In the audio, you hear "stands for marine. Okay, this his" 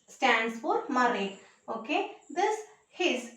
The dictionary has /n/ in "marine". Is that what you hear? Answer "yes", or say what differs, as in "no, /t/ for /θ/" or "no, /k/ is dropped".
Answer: no, /n/ is dropped